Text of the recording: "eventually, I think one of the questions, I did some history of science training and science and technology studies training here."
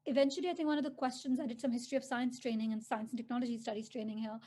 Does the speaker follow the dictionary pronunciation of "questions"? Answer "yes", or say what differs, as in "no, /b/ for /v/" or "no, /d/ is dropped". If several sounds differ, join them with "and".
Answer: yes